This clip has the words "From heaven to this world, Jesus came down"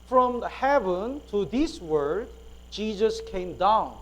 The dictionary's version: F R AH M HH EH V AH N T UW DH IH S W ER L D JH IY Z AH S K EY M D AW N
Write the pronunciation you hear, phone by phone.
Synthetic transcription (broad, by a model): F R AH M HH EH V AH N T UW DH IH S W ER D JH IY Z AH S K EY M D AW N